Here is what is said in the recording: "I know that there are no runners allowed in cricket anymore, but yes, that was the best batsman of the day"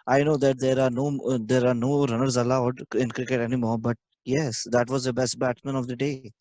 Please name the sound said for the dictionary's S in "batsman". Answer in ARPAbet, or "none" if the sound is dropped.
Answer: none